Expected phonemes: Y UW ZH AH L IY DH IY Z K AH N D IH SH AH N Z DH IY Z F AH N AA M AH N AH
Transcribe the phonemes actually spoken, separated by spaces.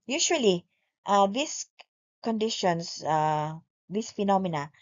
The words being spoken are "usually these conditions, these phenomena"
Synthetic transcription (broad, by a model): Y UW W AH L IY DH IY S K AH N D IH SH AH N S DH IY S F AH N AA M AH N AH